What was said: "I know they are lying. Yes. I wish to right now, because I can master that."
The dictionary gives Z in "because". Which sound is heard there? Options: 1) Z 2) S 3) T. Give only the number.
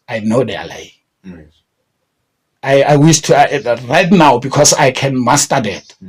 2